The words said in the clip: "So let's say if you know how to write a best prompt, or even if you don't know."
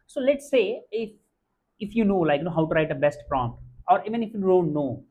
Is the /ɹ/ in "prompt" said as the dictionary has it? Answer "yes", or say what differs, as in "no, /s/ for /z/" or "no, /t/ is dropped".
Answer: yes